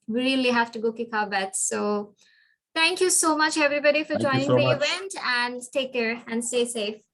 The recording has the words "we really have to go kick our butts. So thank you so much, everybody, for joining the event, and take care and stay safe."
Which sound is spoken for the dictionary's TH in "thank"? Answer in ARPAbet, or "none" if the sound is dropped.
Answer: T